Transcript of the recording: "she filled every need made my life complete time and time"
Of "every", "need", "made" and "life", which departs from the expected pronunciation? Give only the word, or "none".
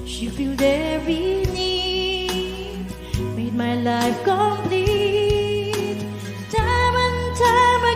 every